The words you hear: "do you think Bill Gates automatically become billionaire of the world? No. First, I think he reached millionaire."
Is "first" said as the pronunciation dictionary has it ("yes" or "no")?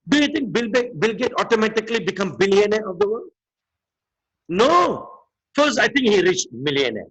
no